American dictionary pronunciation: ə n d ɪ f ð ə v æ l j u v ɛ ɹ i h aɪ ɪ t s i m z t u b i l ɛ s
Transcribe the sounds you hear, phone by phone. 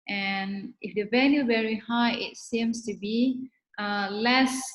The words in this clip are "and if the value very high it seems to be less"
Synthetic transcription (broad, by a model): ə n ɪ f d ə v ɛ n j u v ɛ ɹ i h aɪ ɪ t s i m s t u b i l ɛ s